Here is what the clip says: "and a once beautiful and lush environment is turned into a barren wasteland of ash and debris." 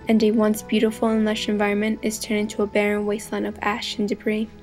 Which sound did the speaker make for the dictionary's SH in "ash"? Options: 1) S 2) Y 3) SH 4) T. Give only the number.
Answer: 3